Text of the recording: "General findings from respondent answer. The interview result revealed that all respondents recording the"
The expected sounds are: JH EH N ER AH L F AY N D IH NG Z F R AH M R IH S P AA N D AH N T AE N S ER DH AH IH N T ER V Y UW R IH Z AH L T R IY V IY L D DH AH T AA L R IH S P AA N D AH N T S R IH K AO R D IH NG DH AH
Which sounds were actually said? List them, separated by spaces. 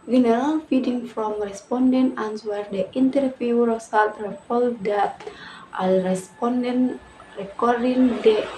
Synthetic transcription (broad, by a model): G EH N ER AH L F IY D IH NG F R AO M R IH S P AA N D AH N T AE N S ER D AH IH N T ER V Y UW R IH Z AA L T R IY P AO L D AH T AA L R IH S P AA N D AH N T R IH K AO R D IH NG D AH